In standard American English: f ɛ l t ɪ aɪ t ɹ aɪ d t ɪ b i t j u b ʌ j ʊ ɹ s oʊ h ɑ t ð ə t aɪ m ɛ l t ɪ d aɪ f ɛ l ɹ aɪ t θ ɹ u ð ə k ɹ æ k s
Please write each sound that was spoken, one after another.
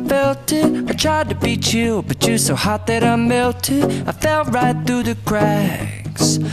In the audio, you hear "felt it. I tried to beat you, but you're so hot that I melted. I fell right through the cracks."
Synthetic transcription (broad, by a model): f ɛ l t ɪ aɪ t ɹ aɪ d t ɪ b i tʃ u b ʌ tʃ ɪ s oʊ h ɑ t ð ə t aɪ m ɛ l t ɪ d aɪ f ɛ l ɹ aɪ t θ ɹ u ð ə k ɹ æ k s